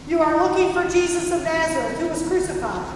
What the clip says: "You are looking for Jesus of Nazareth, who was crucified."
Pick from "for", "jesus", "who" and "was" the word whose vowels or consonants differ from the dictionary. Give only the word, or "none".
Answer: none